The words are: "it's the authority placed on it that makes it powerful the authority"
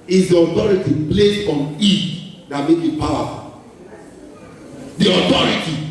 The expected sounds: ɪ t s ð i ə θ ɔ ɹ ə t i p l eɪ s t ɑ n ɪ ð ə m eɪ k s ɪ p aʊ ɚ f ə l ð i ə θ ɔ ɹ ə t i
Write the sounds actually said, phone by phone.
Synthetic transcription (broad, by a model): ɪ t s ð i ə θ ɔ ɹ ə t i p l eɪ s ɑ n ɪ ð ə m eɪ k ɪ p aʊ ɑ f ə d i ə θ ɔ ɹ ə t i